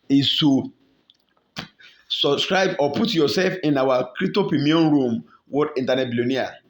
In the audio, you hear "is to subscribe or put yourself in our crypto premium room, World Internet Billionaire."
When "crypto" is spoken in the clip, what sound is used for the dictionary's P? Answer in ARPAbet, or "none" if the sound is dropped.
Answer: none